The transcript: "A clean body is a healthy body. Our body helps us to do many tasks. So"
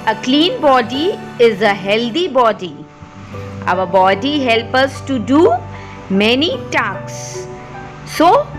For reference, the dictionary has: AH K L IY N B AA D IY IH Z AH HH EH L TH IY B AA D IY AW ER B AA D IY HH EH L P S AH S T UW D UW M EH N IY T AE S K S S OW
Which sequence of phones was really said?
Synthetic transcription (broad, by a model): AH K L IY N B AA D IY IH Z AH HH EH L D IY B AA D IY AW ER B AA D IY HH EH L P AH S T UW D UW M EH N IY T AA K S S OW